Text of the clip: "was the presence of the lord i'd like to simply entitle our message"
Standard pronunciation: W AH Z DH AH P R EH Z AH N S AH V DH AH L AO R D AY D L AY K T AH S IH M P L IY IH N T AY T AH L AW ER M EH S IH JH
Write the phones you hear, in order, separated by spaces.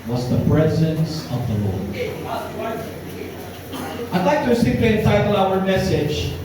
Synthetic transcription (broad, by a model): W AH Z DH AH P R EH Z AH N S AH V DH AH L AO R AY D L AY K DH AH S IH P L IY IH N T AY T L AW ER M EH S IH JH